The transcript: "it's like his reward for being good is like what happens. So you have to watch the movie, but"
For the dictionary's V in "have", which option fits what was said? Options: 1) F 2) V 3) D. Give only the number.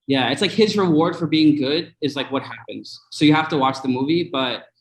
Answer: 1